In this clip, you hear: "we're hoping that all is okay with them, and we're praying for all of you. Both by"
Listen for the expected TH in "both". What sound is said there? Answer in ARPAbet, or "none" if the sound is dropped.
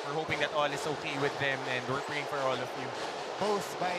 S